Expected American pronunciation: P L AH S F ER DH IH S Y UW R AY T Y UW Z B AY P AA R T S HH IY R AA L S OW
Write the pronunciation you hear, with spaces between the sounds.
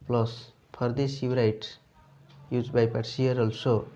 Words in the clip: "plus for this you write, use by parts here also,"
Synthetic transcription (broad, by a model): P L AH S P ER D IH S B R AY T Y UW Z B AY P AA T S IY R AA L S OW